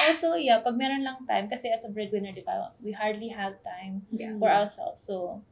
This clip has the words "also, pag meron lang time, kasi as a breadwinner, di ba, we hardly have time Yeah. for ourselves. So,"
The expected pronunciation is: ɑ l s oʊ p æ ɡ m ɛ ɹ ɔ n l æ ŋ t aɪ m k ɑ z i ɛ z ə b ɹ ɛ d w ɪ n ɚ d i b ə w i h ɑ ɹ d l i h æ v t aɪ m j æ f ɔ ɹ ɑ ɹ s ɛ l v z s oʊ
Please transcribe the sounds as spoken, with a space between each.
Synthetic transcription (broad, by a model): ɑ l s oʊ p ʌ ɡ m ɛ ɹ ɔ n l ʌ ŋ t aɪ m k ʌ s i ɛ s ə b ɹ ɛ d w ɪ n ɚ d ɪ b ə w i h ɑ ɹ d l i h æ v t aɪ m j f ɔ ɹ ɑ w s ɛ l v s oʊ